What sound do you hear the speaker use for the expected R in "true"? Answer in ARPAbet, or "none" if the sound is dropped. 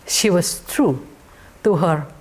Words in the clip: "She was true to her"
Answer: R